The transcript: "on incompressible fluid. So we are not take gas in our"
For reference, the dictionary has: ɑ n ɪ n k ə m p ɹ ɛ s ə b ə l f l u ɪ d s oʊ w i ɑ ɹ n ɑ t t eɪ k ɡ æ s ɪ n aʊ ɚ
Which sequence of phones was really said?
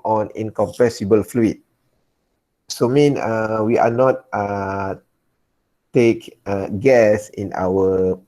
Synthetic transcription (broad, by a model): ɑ n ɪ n k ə m p ɛ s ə b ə l f l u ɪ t s oʊ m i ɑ w n ɑ t t eɪ k ɡ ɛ s ɪ n aʊ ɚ